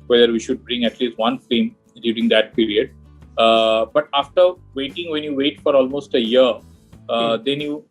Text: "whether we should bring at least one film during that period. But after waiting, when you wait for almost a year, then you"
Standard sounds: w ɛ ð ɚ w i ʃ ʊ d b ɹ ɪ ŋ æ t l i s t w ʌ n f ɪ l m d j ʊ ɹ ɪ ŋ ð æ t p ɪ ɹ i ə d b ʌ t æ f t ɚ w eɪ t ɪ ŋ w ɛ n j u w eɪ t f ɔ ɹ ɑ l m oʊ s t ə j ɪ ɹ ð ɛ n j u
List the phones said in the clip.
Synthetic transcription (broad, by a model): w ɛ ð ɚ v i ʃ ʊ d b ɹ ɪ ŋ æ t l i s t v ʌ n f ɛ m d j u ɹ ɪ ŋ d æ t p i ɹ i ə d b ʌ t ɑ f t ɚ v eɪ t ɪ ŋ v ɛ n j u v eɪ t f ɔ ɹ ɑ l m oʊ s t ə j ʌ ɹ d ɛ n j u